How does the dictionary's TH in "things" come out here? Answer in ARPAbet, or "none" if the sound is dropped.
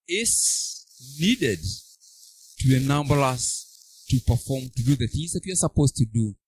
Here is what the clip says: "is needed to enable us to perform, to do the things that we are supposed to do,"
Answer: TH